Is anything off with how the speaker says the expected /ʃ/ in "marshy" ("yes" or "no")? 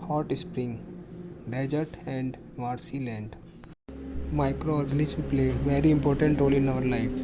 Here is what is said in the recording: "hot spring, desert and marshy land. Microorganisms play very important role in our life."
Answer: yes